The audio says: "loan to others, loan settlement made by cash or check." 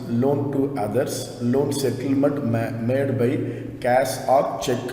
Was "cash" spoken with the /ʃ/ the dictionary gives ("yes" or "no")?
no